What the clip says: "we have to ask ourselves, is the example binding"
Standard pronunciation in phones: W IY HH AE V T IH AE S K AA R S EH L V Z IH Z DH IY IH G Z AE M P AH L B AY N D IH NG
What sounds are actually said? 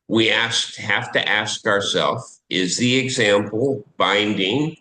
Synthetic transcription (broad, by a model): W IY HH AE F T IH AE S K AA R S EH L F IH Z DH IY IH G Z AE M P L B AY N D IH NG